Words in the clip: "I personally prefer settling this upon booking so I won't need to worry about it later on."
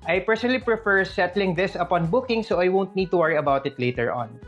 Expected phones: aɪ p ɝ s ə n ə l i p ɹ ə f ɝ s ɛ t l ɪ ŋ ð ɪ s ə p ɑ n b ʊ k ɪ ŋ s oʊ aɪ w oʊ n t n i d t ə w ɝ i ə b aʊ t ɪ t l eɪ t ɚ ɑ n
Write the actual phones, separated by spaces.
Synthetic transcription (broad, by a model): aɪ p ɝ s ə n ə l i p ɹ ə f ɝ s ɛ t l ɪ ŋ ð ɪ s ə p ɑ n b ʊ k ɪ ŋ s oʊ aɪ w oʊ n t n i d t ə w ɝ i ə b aʊ t ɪ t l eɪ t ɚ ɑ n